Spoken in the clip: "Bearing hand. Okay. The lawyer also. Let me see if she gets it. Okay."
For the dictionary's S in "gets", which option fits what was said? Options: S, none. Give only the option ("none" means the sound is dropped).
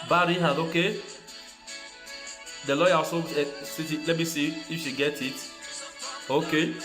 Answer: none